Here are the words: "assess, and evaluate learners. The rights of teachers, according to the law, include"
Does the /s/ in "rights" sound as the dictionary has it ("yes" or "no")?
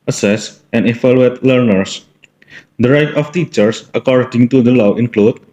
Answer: no